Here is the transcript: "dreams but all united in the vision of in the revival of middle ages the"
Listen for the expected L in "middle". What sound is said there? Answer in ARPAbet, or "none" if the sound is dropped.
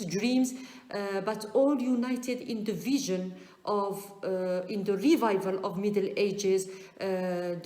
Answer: L